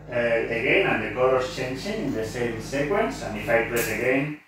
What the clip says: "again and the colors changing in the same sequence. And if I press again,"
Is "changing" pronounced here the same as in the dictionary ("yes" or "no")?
no